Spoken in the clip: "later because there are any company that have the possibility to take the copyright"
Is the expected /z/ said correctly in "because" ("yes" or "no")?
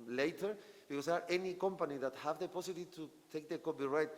no